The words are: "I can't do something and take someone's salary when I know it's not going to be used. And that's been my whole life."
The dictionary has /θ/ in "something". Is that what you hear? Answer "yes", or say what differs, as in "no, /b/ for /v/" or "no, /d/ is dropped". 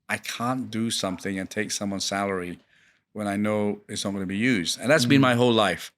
yes